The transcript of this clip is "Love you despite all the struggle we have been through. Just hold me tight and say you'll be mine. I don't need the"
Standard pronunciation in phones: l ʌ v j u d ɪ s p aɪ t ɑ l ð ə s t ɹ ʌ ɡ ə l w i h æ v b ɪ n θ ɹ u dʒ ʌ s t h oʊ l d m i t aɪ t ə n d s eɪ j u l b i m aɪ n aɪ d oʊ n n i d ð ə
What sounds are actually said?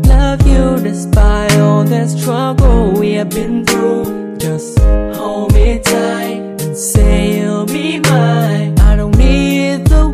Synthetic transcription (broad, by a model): l ʌ v j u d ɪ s b aɪ ɑ l ð ə s t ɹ ʌ ɡ l w i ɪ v b ɪ n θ ɹ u dʒ ʌ s t h oʊ m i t aɪ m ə n s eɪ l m i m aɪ aɪ d oʊ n n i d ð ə